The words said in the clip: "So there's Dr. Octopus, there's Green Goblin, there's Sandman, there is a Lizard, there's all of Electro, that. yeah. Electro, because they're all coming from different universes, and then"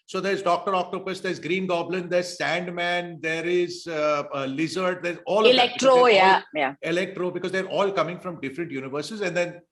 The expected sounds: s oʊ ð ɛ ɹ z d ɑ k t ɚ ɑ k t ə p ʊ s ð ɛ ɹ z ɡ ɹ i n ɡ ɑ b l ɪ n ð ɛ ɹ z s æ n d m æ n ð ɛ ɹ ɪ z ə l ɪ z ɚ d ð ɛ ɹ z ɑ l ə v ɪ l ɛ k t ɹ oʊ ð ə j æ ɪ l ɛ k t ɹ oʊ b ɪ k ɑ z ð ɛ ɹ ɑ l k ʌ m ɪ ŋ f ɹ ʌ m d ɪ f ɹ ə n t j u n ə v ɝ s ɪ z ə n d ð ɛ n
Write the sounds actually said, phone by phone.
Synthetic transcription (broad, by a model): s oʊ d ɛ ɹ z d ɑ k t ɚ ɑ k t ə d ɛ s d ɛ ɹ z ɡ ɹ i n ɡ ɑ b l ɪ n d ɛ ɹ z s æ n d m æ n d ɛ ɹ ɪ z l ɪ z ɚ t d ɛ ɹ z ɑ l ɪ l ɛ k t ɹ oʊ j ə j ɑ ɪ l ɛ k t ɹ oʊ b ɪ k ɑ z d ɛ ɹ ɑ l k ʌ m ɪ ŋ f ɹ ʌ m d ɪ f ɹ ə n t j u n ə v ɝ s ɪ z ə n d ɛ n